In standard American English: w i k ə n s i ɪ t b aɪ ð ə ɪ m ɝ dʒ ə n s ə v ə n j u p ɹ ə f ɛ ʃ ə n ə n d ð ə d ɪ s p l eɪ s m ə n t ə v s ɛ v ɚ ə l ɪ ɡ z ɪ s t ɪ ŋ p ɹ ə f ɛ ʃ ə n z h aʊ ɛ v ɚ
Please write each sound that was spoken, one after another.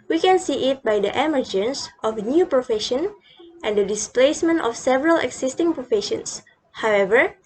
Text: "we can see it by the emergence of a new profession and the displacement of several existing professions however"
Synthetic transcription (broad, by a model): w i k ə n s i ɪ t b aɪ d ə ɪ m ɝ dʒ ə n s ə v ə n j u p ɹ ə f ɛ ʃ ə n ə n d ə d ɪ s p l eɪ s m ə n t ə f s ɛ v ɚ ə l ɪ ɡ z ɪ s t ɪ ŋ p ɹ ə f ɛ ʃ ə n s h aʊ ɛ v ɚ